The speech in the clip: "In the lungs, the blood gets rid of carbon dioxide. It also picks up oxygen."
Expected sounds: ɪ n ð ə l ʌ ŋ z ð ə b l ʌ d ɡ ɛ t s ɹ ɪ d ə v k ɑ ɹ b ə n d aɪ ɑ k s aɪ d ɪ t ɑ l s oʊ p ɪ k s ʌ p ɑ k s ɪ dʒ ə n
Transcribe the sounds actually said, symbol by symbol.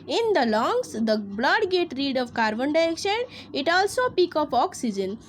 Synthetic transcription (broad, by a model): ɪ n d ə l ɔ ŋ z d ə b l ʌ d ɡ ɛ t ɹ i d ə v k ɑ ɹ b ə n d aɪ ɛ k ʃ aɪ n ɪ t ɑ l s oʊ p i k ʌ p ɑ k s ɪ dʒ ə n